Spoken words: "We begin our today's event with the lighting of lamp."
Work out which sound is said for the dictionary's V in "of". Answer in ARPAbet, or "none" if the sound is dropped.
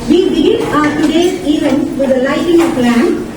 P